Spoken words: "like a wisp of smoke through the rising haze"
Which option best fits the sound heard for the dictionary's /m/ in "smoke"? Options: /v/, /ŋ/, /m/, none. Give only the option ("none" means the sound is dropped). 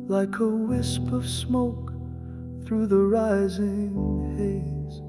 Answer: /m/